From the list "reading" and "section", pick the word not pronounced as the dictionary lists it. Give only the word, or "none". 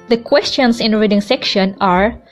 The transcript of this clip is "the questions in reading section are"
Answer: none